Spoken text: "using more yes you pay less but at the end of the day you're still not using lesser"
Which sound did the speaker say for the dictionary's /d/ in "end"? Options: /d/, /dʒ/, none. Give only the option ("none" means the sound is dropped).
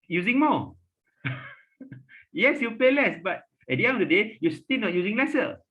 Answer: none